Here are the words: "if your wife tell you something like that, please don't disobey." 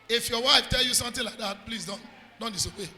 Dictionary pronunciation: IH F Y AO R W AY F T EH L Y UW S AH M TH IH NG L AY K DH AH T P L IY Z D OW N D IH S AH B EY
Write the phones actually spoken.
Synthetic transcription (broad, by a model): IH F Y AO W AY F T EH L Y UW S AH M T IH L AY K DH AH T P L IY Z D OW N D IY S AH B EY